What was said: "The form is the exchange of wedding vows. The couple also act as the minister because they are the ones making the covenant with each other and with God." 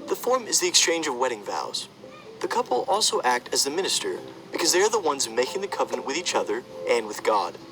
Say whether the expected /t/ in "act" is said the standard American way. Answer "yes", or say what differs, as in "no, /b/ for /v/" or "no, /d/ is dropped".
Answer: yes